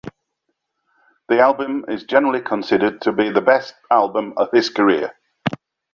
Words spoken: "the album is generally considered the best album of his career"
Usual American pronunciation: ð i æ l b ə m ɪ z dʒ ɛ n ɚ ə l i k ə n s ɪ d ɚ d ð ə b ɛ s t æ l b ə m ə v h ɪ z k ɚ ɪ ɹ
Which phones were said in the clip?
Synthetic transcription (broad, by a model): ð i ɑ l b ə m ɪ z dʒ ɛ n ɚ ə l i k ə n s ɪ d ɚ d ð ə b ɛ s t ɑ l b ə m ə v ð ɪ s k ɚ ɪ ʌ